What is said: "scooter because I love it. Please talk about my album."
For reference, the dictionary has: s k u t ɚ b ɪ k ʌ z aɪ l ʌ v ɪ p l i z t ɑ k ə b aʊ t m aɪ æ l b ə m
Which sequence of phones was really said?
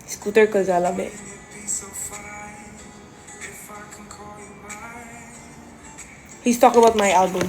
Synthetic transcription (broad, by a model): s k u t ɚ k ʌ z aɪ l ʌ b ɪ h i s t ɑ k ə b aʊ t m aɪ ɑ l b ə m